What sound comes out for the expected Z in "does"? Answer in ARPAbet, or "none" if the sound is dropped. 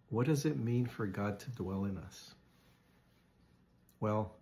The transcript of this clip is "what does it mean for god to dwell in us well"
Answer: Z